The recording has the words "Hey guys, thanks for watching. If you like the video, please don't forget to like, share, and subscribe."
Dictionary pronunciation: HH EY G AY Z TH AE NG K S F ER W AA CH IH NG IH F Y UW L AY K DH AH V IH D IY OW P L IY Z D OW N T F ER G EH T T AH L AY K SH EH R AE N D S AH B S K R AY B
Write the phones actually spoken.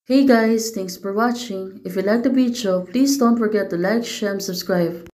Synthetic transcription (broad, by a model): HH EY G AY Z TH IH NG K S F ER W AA CH IH NG IH F Y UW L AY K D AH B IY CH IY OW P L IY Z D OW N T F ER G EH T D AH L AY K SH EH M S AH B S K R AY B